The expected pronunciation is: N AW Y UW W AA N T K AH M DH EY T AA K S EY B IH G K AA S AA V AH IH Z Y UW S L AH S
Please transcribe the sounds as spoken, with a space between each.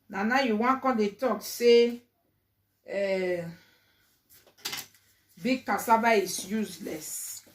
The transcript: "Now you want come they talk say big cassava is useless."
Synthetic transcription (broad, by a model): N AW Y UW W AA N K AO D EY T AA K S EY B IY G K AA S AA B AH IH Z Y UW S L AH S